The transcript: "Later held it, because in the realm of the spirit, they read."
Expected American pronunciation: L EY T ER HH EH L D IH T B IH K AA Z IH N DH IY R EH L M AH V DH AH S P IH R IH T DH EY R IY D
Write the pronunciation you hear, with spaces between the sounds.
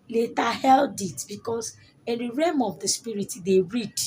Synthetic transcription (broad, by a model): L EY T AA HH EH L D IH T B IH K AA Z IH N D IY R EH M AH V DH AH S P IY R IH T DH EY R IY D